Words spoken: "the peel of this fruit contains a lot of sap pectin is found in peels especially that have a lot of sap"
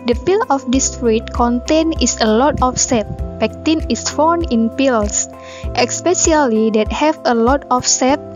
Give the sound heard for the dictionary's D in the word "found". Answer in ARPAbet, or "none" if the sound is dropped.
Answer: none